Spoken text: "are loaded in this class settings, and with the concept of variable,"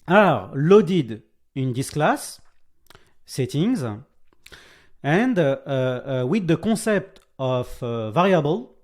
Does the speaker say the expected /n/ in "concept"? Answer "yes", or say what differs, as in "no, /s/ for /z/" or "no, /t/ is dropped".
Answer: no, /n/ is dropped